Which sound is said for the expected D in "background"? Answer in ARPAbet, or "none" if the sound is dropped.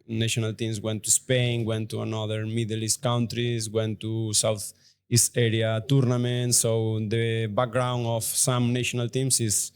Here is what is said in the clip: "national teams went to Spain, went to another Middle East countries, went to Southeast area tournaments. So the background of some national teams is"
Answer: none